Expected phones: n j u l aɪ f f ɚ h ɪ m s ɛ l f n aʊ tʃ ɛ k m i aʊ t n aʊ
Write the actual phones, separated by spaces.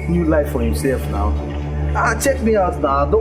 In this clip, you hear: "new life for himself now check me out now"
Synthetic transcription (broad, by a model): n j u l aɪ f f ɚ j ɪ s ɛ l f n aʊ tʃ ɛ k m i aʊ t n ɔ